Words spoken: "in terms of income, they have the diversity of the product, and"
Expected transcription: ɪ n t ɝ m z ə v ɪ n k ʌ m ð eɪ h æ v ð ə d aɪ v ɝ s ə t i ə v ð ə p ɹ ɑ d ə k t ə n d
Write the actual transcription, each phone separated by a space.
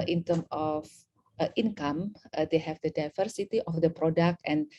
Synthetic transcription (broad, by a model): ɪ n t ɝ m ə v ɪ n k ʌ m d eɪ h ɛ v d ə d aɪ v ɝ s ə t i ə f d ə p ɹ ɑ d ə k t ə n